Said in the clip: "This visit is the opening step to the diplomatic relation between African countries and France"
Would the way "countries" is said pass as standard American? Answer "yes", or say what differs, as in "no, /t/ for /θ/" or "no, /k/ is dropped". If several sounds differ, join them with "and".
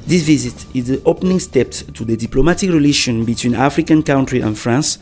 no, /z/ is dropped